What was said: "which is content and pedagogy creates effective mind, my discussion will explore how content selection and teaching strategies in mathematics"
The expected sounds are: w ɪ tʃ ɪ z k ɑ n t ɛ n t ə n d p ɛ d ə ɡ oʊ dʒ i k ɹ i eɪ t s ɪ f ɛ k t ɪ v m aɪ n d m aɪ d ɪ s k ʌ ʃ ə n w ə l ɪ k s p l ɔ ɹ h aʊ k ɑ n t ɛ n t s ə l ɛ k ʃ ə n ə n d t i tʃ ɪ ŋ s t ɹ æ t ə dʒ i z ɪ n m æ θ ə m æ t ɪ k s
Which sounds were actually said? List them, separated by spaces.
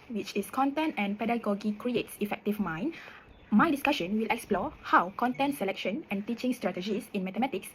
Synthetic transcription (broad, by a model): w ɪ tʃ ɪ s k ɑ n t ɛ n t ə n p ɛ d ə ɡ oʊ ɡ i k ɹ i eɪ t s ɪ f ɛ k t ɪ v m aɪ n m aɪ d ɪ s k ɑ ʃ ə n w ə l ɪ k s p l ɔ h aʊ k ɑ n t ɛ n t s ə l ɛ k ʃ ə n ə n t i tʃ ɪ ŋ s t ɹ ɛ t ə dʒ i s ɪ n m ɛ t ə m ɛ t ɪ k s